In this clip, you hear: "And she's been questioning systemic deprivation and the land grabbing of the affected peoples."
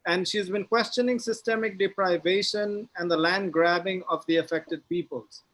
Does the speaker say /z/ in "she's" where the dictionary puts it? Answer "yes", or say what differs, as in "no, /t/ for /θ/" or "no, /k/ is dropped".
yes